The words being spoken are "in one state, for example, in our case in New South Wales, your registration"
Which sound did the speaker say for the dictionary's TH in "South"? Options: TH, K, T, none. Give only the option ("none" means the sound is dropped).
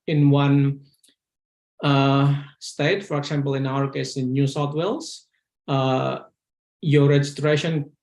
T